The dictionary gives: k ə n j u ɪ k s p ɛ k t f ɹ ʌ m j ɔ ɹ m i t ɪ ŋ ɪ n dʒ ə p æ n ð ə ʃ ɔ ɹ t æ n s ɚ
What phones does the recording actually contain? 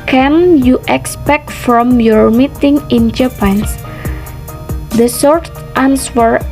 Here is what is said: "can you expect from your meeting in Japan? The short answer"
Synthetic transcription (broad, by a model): k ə n j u ɪ k s p ɛ k t f ɹ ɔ m j ɔ ɹ m i t ɪ ŋ ɪ n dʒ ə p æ n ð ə s ɔ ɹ t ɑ n s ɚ